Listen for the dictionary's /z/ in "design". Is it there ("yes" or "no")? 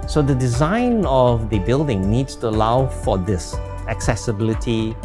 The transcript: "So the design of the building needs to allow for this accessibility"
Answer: yes